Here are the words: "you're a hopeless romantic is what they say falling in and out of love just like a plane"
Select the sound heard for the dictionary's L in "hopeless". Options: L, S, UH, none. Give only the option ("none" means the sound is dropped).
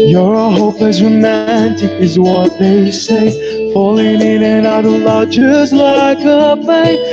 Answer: none